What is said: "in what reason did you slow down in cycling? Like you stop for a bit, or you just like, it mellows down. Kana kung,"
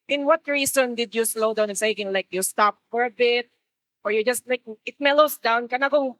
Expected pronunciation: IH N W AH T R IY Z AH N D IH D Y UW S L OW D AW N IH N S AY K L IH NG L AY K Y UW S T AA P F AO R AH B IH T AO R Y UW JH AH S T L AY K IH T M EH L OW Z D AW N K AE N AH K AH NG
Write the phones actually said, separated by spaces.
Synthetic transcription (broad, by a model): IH N W AH T R IY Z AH N D IH D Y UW S L OW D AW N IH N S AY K IH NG L AY K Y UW S T AA P F AO R AH B IH T AO R Y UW JH AH S T L AY K IH T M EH L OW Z D AW N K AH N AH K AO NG